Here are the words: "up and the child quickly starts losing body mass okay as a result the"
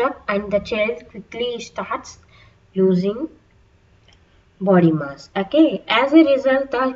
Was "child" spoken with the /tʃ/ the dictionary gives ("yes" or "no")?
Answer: yes